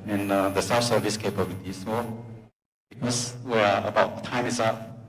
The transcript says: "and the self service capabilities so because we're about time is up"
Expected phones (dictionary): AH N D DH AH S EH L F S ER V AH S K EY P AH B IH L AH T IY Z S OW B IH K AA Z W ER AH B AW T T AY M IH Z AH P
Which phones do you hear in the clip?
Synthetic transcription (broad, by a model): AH N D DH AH S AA F S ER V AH S K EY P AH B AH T IY S OW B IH K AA S W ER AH B AW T T AY M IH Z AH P